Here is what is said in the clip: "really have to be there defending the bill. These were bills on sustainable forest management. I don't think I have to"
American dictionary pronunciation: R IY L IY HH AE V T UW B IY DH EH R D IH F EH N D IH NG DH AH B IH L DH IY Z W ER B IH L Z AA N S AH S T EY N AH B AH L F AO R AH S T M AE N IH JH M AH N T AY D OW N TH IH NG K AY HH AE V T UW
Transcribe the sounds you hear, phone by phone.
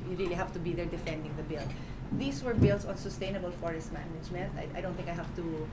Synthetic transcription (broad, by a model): R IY L IY HH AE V T UW B IY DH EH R D IH F EH N D IH NG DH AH B IH L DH IY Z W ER B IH L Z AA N S AH S T EY N AH B AH L F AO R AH S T M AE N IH JH M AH N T AY D OW N T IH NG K AY HH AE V T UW